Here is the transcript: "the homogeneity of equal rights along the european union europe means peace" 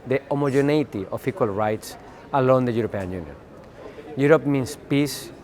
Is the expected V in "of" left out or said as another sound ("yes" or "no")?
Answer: yes